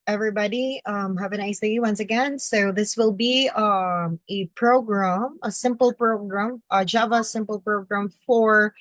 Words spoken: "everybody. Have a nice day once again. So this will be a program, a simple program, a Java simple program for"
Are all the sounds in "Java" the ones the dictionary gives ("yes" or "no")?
yes